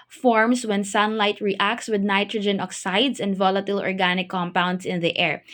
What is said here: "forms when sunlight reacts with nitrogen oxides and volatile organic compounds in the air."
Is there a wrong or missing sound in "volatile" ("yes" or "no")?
no